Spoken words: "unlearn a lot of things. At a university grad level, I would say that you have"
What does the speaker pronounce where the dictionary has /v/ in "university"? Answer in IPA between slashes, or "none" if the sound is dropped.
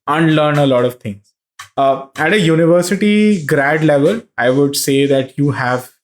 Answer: /v/